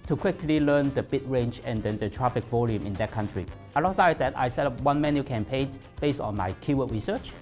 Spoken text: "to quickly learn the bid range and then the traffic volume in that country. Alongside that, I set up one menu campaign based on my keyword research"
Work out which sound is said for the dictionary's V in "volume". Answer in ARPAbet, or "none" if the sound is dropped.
V